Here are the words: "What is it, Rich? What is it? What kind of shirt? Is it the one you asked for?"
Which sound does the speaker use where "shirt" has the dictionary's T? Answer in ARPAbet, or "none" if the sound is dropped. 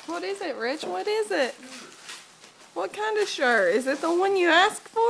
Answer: none